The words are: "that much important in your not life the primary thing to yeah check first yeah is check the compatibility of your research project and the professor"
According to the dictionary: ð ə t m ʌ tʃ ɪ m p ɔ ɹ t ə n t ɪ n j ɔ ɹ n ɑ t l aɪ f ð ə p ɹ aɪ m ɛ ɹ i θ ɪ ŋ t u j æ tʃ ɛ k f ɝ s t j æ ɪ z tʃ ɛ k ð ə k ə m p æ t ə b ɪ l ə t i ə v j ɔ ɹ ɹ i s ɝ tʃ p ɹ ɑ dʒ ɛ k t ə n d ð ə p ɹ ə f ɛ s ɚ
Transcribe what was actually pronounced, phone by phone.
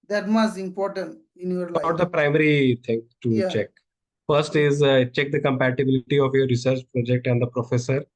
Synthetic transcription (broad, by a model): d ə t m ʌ s ɪ m p ɔ ɹ t ə n t ɪ n j ɔ ɹ l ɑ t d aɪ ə p ɹ aɪ m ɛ ɹ i t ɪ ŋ t u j tʃ ɛ k f ɝ s t ɪ z tʃ ɛ k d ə k ə m p æ t ə b ɪ l ə t i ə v j ɔ ɹ ɹ i s ɝ tʃ p ɹ ɑ dʒ ɛ k t ə n d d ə p ɹ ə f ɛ s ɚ